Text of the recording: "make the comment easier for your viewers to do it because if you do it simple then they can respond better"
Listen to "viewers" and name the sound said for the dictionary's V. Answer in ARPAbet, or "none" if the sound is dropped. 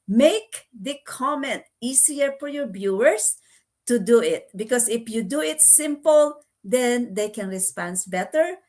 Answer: B